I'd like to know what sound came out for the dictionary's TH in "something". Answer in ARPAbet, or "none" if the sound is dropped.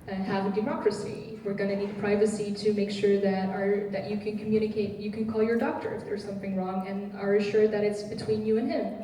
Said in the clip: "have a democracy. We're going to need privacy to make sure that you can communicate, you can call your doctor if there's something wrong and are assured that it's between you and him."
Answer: TH